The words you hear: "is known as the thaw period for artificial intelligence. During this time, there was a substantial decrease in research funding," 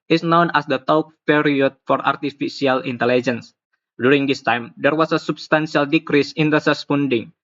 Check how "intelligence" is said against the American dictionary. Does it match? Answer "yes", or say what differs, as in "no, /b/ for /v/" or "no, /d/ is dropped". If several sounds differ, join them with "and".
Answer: yes